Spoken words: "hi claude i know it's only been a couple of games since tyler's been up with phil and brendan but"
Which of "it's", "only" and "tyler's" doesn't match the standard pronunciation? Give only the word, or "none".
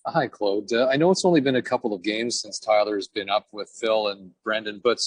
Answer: none